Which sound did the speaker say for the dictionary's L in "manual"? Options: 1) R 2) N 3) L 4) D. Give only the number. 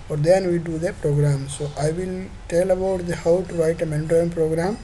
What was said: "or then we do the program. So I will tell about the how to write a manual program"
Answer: 2